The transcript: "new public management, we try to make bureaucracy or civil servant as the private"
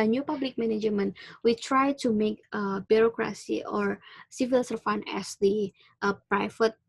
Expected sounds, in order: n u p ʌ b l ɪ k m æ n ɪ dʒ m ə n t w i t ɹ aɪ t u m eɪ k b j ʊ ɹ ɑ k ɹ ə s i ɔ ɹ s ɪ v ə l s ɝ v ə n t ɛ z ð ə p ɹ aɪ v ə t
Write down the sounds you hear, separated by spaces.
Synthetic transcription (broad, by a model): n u p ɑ b l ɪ k m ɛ n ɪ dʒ m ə n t w i t ɹ aɪ t u m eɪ k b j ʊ ɹ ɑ k ɹ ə s i ɔ ɹ s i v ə l s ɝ f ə n ɛ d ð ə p ɹ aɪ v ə t